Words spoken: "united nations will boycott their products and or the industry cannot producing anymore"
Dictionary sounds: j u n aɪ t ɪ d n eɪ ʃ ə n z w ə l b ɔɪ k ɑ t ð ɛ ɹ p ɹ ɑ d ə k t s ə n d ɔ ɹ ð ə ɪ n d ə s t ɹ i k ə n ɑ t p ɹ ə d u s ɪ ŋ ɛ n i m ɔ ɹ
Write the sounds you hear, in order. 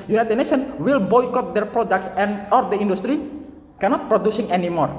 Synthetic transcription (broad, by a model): j u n aɪ t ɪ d n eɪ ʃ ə n w ə l b ɔɪ k ɑ t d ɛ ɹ p ɹ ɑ d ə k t s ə n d ɔ ɹ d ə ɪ n d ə s t ɹ i k ə n ɑ t p ɹ ə d u s ɪ ŋ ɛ n i m ɔ ɹ